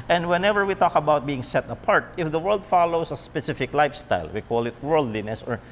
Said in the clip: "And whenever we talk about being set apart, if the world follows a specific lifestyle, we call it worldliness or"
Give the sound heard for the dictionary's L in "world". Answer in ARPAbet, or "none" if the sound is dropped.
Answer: L